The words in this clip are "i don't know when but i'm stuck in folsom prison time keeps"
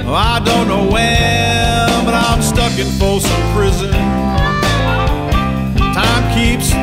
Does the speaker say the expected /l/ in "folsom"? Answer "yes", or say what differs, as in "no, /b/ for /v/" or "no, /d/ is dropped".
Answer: no, /l/ is dropped